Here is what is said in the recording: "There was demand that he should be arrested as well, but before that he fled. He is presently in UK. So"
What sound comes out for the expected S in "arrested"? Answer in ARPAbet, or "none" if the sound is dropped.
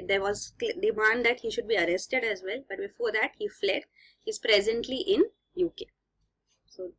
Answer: S